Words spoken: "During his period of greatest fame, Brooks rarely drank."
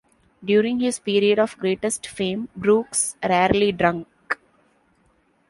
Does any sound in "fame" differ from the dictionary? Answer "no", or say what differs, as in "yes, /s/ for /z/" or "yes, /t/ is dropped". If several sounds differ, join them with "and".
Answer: no